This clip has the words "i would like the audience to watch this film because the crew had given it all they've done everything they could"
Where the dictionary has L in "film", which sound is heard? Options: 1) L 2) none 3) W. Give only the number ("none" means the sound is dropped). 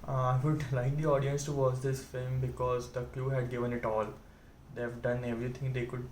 2